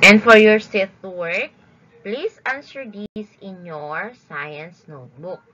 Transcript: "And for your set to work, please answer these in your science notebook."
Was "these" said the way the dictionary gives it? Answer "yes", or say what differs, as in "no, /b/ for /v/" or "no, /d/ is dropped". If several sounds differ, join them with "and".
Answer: no, /s/ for /z/